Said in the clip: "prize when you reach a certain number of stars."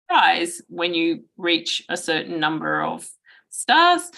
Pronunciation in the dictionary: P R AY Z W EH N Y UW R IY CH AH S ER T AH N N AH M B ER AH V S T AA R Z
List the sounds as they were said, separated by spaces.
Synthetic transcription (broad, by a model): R AY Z W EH N Y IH R IY CH AH S ER T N N AH M B ER AH V S T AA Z